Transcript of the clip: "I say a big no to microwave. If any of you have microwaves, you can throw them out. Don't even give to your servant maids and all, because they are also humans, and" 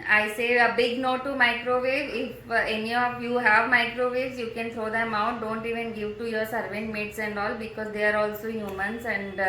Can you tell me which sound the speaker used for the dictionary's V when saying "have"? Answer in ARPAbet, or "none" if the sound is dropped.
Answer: V